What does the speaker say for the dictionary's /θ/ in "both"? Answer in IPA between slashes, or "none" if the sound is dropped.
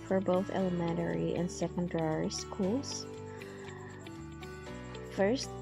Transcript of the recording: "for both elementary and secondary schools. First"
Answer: /θ/